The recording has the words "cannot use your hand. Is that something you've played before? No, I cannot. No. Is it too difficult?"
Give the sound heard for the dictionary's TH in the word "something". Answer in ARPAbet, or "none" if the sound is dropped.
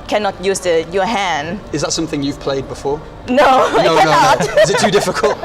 TH